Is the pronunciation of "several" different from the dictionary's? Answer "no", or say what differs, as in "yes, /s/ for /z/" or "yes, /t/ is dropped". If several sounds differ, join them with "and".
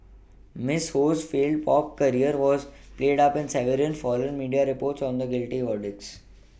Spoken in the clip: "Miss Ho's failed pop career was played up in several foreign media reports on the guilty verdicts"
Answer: yes, /n/ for /l/